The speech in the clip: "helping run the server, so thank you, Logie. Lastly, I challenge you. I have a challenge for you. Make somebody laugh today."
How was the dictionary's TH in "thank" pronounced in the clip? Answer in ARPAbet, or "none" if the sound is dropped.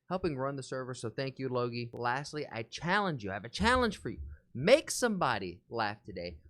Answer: TH